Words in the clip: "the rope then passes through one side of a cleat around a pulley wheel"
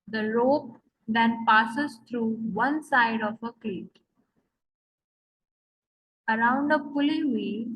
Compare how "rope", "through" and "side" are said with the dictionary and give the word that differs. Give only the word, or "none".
through